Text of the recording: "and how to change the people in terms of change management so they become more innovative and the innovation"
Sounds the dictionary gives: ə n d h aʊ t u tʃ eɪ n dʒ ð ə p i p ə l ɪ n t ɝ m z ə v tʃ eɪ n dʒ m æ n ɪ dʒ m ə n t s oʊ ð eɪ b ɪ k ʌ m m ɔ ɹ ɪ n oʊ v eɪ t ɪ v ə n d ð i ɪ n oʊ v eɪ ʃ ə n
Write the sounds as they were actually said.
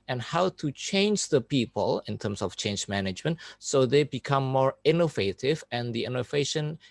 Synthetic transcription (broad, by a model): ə n h aʊ t u tʃ eɪ n dʒ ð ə p i p ə l ɪ n t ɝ m s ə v tʃ eɪ n dʒ m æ n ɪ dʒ m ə n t s oʊ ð eɪ b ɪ k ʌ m m ɔ ɹ ɪ n oʊ v eɪ t ɪ v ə n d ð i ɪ n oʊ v eɪ ʃ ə n